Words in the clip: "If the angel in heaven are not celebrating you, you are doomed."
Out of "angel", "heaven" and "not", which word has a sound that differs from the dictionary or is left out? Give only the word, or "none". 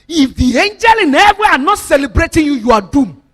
heaven